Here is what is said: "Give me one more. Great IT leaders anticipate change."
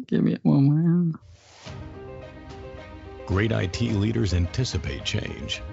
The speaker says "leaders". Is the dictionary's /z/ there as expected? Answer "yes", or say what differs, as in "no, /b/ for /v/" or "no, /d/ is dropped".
yes